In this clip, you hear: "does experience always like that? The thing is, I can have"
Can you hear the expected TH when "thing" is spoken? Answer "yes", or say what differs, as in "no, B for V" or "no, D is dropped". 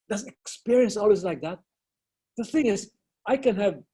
yes